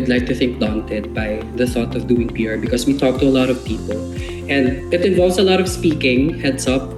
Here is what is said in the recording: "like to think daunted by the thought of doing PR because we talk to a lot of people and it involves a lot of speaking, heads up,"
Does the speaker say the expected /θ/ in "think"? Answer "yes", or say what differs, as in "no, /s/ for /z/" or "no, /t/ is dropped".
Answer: yes